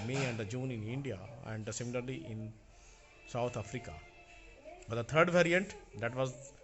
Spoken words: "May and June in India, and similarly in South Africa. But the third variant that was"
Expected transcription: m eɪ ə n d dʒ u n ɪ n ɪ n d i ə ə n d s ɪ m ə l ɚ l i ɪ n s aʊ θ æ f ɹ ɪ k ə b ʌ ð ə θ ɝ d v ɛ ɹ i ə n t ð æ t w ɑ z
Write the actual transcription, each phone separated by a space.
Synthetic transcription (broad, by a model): m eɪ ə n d dʒ u n ɪ n ɪ n d i ə ə n d s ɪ m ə l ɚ l i ɪ n s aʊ t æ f ɹ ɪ k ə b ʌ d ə t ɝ d v ɛ ɹ i ə n t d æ t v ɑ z